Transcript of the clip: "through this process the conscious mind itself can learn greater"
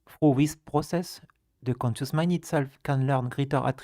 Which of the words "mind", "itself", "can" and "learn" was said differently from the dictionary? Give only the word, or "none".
mind